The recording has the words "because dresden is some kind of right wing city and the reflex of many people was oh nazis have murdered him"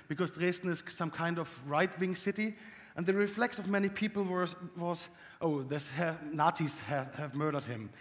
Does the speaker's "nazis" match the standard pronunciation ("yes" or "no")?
no